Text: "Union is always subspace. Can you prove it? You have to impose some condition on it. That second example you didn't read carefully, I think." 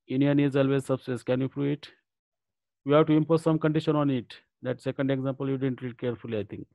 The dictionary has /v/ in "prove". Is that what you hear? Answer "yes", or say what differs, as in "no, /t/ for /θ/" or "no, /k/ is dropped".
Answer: no, /v/ is dropped